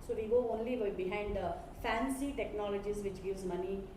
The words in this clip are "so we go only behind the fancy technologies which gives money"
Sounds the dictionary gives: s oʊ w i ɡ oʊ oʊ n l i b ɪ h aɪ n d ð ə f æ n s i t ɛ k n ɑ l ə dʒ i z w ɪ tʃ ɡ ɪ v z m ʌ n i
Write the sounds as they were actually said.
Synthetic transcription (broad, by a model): s oʊ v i ɡ oʊ oʊ n l i b ɪ h aɪ n d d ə f æ n s i t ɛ k n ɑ l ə dʒ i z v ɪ tʃ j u z m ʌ n i